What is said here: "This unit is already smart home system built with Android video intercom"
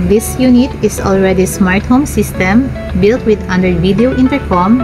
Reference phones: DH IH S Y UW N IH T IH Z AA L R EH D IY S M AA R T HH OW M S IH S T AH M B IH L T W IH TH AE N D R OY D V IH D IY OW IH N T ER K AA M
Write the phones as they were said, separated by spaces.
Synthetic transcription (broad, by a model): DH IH S Y UW N IH T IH S AA L R EH D IY S M AA R T HH OW M S IH S T AH M B IH L T W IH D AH N D EH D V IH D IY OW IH N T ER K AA M